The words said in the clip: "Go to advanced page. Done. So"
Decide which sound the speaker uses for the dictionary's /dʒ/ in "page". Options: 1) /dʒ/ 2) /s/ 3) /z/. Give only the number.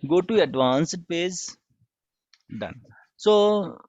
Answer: 3